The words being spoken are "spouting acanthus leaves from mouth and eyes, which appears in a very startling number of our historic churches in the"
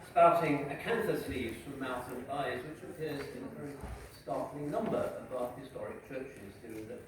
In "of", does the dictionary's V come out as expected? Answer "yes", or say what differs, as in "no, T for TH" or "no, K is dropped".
no, B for V